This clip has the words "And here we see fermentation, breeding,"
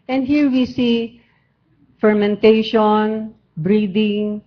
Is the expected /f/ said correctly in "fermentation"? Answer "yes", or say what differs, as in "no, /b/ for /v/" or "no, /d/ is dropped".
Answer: yes